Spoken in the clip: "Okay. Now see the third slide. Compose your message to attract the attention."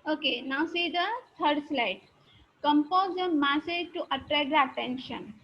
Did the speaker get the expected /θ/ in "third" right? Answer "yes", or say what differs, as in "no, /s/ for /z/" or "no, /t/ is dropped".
no, /t/ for /θ/